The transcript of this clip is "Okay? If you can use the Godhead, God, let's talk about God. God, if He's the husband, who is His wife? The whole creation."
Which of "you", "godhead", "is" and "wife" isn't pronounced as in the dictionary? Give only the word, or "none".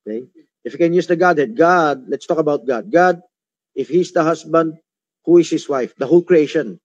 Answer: is